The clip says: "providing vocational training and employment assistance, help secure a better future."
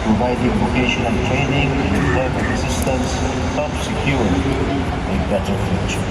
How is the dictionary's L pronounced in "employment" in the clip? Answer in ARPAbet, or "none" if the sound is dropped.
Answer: none